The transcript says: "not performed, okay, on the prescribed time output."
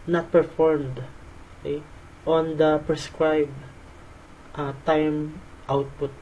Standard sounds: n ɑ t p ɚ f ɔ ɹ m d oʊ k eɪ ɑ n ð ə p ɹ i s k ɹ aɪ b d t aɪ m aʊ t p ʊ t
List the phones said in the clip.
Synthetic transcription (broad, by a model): n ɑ t p ɚ f ɔ ɹ m d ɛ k ɑ n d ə p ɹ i s k ɹ aɪ b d t aɪ m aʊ t p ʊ t